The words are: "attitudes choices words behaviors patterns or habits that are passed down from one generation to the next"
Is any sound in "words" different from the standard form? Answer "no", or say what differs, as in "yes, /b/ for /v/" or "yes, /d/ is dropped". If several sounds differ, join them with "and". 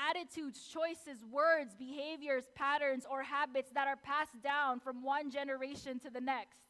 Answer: no